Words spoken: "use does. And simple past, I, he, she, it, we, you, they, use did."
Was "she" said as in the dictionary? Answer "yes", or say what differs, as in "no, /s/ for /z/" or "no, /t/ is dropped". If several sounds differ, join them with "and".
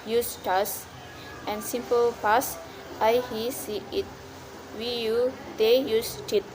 no, /s/ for /ʃ/